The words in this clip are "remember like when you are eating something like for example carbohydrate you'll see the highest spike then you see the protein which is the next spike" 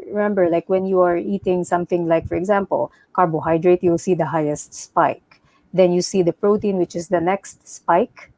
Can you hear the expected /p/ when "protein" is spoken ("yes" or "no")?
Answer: yes